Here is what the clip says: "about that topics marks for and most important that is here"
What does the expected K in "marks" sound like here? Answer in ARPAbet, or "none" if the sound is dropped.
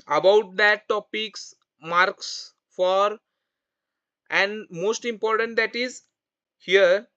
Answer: K